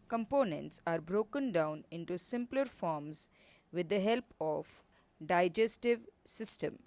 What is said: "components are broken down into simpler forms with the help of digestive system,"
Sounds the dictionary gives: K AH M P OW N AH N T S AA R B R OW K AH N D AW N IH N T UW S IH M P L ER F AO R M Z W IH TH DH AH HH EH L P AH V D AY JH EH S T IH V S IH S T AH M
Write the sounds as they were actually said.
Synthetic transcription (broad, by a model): K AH M P OW N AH N T S AA R B R OW K AH N D AW N IH N T UW S IH M P L ER F AO R M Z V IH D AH HH EH L P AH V D AY JH EH S T IH V S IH S T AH M